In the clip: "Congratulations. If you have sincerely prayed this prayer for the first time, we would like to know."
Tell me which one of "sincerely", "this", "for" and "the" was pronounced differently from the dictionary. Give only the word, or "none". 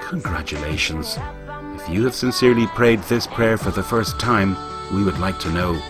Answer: none